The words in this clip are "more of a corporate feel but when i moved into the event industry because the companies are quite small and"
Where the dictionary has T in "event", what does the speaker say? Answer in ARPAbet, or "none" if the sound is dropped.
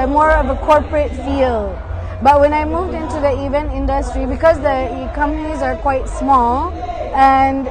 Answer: T